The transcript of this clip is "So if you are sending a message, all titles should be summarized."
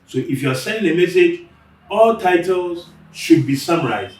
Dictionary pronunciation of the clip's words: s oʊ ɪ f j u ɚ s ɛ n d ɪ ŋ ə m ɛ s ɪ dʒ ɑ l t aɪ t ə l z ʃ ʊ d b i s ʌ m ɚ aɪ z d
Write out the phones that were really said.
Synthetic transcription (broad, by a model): s oʊ ɪ f j u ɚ s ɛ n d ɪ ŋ ə m ɛ s ɪ dʒ ɑ l t aɪ t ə l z ʃ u d b i s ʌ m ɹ aɪ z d